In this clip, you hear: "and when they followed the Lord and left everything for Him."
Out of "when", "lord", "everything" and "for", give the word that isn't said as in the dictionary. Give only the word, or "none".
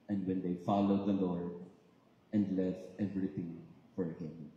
everything